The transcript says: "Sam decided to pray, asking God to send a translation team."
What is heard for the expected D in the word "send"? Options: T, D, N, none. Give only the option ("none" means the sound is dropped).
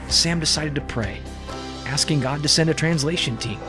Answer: D